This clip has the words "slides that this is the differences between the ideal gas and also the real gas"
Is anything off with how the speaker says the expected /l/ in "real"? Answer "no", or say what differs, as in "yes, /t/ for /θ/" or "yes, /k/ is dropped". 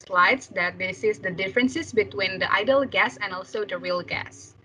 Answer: no